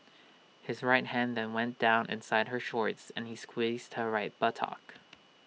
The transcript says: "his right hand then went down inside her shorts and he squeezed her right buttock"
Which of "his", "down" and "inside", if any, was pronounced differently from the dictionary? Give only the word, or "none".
none